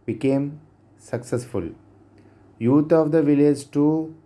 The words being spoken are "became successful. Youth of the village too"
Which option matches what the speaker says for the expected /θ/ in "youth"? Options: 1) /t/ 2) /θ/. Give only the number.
1